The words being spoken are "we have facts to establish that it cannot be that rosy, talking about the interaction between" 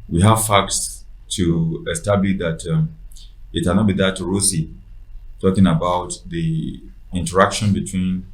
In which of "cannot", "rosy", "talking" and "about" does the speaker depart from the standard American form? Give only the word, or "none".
rosy